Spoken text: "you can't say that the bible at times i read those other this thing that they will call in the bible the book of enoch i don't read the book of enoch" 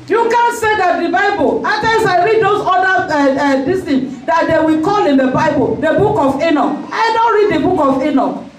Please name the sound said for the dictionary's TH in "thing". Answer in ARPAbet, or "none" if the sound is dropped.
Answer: T